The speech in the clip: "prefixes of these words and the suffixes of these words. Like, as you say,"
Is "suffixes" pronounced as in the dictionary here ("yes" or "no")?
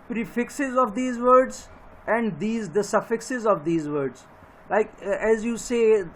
yes